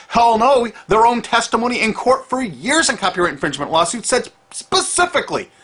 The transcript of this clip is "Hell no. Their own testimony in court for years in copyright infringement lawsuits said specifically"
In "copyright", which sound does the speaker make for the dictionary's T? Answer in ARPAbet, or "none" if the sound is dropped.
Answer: none